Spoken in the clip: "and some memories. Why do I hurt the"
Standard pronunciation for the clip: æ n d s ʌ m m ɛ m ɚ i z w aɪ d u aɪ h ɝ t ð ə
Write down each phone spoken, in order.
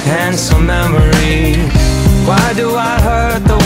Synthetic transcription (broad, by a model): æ n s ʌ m m ɛ m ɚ i w aɪ d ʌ aɪ h ɝ t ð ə